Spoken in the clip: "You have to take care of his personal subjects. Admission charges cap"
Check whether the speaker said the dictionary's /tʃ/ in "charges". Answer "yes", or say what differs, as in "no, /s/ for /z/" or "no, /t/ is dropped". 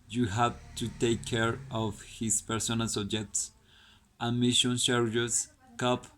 no, /ʃ/ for /tʃ/